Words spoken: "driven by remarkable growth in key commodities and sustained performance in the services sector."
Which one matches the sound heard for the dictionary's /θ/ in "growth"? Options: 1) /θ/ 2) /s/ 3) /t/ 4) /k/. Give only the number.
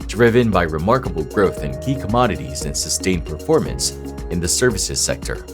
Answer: 1